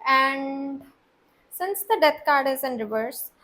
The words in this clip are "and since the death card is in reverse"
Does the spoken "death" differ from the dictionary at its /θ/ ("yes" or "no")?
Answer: yes